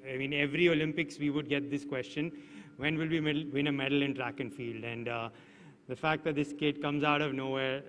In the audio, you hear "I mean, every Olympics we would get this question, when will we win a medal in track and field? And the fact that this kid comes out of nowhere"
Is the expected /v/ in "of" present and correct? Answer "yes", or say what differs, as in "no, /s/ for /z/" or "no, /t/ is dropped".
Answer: yes